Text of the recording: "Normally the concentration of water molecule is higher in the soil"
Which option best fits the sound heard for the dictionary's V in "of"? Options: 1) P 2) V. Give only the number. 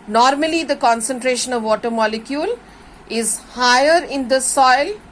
2